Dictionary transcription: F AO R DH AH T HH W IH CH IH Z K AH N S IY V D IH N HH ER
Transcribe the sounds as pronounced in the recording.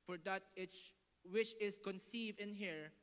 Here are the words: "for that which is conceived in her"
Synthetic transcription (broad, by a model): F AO R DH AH T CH W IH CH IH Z K AH N S IY V D IH N HH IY